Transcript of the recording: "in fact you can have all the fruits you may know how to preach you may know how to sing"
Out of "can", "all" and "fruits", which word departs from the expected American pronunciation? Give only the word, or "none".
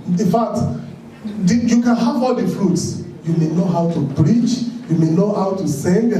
none